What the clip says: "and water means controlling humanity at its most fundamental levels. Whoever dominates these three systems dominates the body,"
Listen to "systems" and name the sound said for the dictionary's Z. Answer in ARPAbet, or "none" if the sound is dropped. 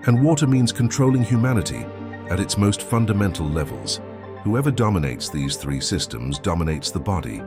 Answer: Z